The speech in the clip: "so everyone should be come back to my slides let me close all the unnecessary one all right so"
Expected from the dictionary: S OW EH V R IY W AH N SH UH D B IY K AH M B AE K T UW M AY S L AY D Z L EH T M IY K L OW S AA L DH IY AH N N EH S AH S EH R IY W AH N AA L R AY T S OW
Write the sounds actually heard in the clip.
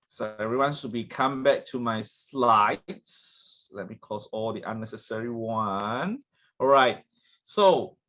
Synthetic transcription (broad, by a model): S OW EH V R IY W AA N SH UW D B IY K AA M B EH K T UW M AY S L AY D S L EH T M IY K OW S AA L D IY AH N N EH S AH S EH R IY W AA N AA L R AY T S OW